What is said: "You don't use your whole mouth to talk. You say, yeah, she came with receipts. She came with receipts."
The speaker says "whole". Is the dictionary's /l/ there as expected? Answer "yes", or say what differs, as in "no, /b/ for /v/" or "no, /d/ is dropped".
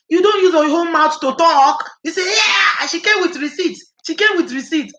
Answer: no, /n/ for /l/